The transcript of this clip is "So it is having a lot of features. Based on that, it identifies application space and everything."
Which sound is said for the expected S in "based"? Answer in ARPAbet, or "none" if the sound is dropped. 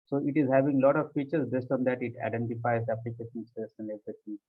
S